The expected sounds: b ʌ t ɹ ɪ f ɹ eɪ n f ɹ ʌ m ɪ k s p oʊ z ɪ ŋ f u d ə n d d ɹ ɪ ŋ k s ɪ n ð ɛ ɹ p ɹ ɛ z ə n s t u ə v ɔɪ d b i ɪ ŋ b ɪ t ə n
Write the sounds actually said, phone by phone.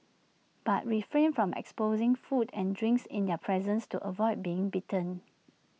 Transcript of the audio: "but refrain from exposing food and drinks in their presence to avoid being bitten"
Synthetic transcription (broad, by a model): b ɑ t ɹ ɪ f ɹ eɪ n f ɹ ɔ m ɪ k s p oʊ z ɪ ŋ f u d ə n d d ɹ ɪ ŋ k s ɪ n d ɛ p ɹ ɛ z ə n s t u ə v ɔɪ d b i ɪ ŋ b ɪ t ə n